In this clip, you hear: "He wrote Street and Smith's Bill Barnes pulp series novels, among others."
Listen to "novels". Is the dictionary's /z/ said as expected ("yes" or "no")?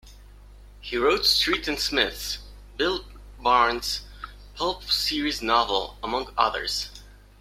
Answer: no